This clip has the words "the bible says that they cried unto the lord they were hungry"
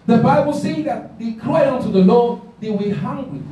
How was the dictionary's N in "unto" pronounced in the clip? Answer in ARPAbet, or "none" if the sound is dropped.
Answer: N